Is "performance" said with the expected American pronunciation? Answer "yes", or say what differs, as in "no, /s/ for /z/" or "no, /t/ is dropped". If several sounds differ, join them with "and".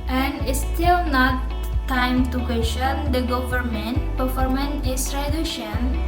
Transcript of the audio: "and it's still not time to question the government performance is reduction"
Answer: no, /s/ is dropped